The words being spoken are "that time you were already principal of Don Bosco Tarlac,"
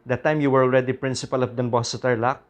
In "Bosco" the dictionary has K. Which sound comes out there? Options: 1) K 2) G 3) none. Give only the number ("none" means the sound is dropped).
3